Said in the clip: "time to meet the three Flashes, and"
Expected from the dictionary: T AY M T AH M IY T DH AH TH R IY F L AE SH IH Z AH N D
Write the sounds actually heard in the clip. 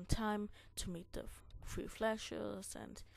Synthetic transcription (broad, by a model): T AY M T AH M IY T DH AH F R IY F L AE SH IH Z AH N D